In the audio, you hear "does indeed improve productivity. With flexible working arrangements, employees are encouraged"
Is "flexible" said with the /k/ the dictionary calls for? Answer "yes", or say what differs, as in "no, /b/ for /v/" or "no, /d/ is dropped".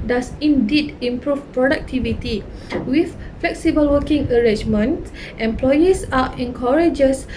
yes